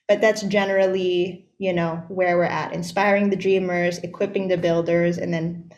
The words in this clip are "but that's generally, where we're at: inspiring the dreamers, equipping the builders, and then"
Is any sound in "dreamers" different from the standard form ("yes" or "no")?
no